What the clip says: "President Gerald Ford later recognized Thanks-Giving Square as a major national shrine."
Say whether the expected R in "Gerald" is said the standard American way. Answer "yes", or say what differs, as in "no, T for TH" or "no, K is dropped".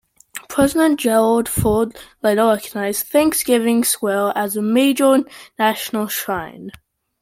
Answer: yes